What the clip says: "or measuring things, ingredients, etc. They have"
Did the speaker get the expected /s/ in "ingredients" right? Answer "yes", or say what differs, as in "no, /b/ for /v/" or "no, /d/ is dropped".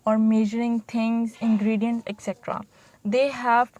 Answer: no, /s/ is dropped